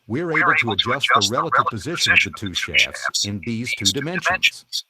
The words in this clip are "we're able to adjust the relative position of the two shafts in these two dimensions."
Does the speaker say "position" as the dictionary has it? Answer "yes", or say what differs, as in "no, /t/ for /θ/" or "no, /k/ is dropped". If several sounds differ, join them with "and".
yes